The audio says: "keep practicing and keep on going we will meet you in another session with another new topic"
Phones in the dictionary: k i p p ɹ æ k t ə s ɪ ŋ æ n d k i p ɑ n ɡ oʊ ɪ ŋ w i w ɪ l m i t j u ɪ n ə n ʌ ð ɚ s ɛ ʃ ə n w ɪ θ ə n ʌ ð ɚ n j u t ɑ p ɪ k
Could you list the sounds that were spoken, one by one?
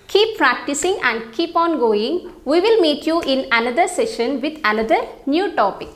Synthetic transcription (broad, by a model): k i p p ɹ æ k t ə s ɪ ŋ æ n d k i p ɑ n ɡ oʊ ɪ ŋ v i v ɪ l m i t j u ɪ n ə n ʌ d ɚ s ɛ ʃ ə n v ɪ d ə n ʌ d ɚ n j u t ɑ p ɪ k